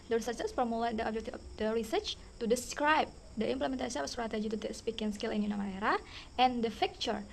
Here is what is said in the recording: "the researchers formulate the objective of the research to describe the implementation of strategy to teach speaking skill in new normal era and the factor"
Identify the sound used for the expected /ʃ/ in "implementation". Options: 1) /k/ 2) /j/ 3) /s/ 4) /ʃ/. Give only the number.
3